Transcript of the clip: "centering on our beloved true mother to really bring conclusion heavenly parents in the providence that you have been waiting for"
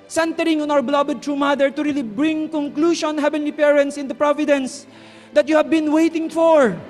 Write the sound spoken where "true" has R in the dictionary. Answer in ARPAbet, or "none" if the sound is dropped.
R